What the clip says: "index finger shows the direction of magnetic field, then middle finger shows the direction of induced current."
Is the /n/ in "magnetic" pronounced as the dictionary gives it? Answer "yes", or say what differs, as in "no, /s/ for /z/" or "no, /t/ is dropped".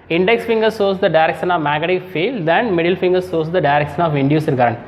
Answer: no, /n/ is dropped